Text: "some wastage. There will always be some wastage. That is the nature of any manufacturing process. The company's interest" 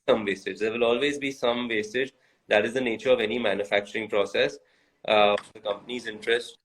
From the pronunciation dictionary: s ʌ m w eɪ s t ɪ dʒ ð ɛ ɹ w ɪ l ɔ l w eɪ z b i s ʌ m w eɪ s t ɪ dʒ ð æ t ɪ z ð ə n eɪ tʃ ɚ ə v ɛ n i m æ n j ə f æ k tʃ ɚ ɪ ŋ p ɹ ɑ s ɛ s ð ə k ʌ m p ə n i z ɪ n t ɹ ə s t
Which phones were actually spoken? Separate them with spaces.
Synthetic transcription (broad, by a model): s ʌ m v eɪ s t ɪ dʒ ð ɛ ɹ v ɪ l ɔ l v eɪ z b i s ʌ m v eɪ s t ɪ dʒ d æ t ɪ z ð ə n eɪ tʃ ɚ ə v ɛ n i m æ n j ə f æ k tʃ ɚ ɪ ŋ p ɹ ɑ s ɛ s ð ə k ʌ m p ə n i z ɪ n t ɹ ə s t